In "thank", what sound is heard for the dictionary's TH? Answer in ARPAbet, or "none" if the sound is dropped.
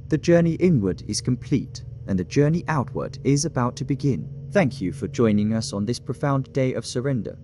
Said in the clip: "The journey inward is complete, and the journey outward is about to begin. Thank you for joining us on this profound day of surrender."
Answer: TH